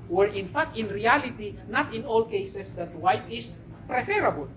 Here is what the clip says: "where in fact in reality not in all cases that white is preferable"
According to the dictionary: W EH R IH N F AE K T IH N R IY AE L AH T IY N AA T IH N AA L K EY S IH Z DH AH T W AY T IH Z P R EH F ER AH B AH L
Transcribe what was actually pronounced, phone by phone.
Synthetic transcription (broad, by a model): W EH R IH N F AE K T IH N R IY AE L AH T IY N AA T IH N AA L K EY S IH S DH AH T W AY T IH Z P R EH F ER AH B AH L